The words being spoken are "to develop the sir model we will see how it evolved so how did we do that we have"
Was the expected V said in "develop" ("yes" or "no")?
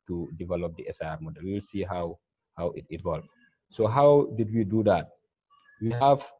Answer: yes